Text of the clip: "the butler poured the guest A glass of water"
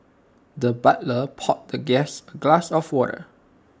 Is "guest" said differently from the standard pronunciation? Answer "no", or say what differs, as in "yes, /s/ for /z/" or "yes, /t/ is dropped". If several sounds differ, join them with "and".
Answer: yes, /t/ is dropped